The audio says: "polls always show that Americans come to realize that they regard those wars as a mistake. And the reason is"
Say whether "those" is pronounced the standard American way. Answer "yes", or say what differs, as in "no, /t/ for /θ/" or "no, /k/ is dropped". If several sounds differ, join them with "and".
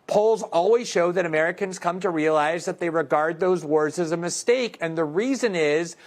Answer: yes